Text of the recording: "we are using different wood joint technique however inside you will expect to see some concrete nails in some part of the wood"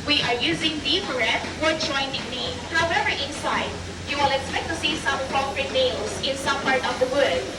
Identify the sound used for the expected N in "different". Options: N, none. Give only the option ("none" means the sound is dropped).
none